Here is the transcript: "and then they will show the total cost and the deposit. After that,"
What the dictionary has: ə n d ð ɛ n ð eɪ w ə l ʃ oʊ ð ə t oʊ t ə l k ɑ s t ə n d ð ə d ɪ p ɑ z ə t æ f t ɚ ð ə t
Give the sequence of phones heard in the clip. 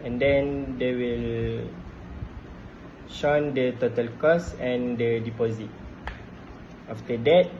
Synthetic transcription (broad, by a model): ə n d ɛ n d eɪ w ə l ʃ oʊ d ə t oʊ t ə l k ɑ s ə n d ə d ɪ p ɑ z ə t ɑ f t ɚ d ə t